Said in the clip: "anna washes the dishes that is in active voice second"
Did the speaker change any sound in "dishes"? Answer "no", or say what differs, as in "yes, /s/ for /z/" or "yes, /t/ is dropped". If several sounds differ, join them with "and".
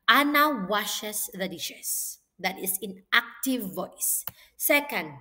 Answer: yes, /s/ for /z/